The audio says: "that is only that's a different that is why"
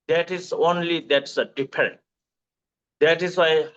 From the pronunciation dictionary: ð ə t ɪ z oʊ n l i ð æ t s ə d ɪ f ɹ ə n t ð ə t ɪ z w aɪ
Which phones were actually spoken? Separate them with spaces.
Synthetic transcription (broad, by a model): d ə t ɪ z oʊ n l i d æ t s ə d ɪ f ɹ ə n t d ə t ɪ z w aɪ